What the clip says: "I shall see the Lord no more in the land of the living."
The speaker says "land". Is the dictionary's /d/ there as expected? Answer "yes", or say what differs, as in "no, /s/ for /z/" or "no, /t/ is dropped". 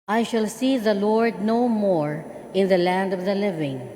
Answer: yes